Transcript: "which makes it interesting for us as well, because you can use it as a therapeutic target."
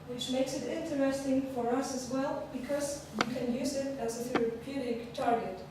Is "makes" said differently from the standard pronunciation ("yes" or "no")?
no